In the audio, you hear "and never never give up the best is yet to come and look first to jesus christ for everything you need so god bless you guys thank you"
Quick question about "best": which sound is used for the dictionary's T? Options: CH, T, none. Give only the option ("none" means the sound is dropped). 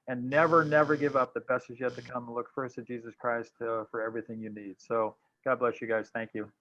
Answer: none